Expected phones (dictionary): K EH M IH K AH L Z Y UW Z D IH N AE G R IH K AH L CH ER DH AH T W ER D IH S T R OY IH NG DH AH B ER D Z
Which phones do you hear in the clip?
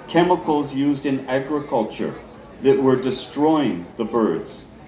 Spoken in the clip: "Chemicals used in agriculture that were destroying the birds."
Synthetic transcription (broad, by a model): K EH M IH K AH L Z Y UW Z D IH N AE G R IH K AH L CH ER DH AH T W ER D IH S T R OY IH NG DH AH B ER D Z